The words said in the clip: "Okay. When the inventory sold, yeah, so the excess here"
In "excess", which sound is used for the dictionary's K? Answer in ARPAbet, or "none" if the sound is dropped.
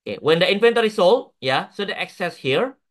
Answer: K